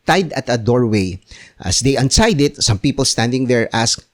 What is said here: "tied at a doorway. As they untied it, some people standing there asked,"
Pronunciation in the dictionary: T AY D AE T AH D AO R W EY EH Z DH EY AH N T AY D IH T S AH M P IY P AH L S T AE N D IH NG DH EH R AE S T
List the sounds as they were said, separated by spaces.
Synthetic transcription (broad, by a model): T AY D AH T AH D AO R W EY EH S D EY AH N S AY D IH T S AH M P IY P AH L S T AE N D IH NG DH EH R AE S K